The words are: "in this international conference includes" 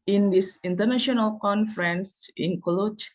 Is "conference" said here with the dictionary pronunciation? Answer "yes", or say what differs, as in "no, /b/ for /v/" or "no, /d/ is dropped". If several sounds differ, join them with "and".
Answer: yes